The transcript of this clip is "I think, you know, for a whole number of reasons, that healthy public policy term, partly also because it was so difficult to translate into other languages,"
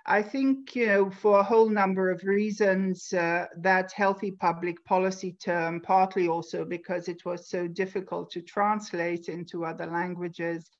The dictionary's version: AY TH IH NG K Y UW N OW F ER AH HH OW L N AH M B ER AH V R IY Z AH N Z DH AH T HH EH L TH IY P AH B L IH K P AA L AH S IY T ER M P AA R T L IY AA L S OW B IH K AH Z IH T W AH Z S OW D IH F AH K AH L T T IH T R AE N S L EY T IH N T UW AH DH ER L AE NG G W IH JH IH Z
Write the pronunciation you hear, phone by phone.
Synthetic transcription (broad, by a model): AY TH IH NG K Y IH N OW F ER AH HH OW L N AH M B ER AH V R IY Z AH N Z DH AH T HH EH L TH IY P AH B L IH K P AA L AH S IY T ER M P AA R T L IY AA L S OW B IH K AH Z IH T W AH Z S OW D IH F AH K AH L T T IH T R AE N S L EY T IH N T UW AH DH ER L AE NG G W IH JH IH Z